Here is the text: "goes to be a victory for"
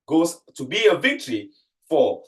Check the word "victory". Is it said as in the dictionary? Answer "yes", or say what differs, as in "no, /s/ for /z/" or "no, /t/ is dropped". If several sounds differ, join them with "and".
yes